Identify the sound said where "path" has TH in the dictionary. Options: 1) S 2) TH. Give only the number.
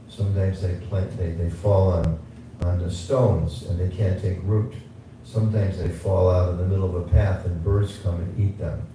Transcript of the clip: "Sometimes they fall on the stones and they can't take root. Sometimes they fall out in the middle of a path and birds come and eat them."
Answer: 2